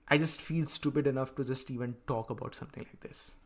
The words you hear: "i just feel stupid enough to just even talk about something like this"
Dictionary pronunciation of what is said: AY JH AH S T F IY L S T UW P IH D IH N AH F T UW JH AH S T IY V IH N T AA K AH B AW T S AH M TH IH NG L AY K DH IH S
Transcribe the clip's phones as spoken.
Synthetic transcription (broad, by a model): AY JH AH S T F IY L S T UW P IH D IH N AH F T UW JH AH S T IY V IH N T AA K AH B AW T S AH M T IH NG L AY K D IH S